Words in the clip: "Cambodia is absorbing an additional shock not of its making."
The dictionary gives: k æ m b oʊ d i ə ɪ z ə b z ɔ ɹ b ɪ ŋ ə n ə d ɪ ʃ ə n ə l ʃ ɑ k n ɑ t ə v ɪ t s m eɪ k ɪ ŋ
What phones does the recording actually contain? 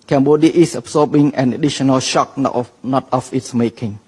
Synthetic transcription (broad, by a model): k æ m b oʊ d i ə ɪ s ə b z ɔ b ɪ ŋ ə n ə d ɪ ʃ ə n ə l ʃ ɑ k n ɑ t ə f ɪ t s m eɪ k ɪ ŋ